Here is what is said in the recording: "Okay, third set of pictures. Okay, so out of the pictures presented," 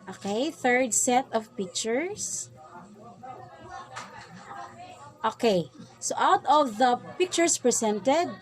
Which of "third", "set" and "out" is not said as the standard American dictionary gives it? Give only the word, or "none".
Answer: none